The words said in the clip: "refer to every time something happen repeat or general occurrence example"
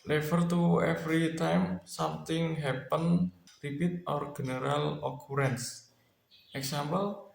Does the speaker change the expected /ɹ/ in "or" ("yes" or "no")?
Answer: no